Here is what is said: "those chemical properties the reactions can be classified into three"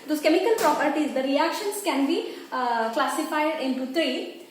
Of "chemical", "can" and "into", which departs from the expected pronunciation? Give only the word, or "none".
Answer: none